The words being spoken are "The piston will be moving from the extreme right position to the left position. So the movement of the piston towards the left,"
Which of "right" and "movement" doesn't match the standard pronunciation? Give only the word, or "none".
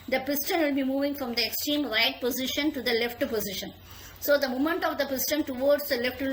movement